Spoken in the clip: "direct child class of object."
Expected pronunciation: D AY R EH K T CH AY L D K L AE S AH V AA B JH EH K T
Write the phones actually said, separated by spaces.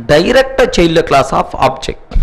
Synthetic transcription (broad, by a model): D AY R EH K T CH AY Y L K L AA S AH P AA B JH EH K T